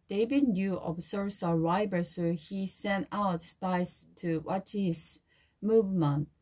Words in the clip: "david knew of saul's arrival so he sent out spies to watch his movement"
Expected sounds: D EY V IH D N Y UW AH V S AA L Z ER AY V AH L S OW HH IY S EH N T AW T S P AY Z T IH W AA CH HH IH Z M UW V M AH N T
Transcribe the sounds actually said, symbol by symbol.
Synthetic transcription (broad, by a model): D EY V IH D N Y UW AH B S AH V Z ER AY B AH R S OW HH IY S EH N T AW T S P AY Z T IH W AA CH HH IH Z M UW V M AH N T